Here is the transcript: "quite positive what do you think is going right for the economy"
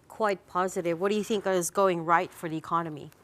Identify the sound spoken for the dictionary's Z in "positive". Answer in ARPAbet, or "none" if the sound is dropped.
Z